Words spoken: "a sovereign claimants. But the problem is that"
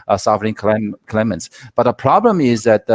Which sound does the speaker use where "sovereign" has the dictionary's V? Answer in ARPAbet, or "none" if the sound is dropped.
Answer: none